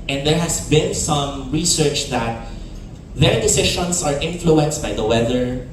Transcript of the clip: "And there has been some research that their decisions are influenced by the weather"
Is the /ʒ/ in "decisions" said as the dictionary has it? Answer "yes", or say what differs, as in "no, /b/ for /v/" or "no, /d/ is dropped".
no, /ʃ/ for /ʒ/